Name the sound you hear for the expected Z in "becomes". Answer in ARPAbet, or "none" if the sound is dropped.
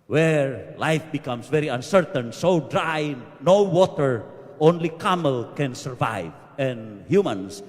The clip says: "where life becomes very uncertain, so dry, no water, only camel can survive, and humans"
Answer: S